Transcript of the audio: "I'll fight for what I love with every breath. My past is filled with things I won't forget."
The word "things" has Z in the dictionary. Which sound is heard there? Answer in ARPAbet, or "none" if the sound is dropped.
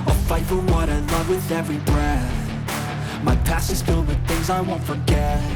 Z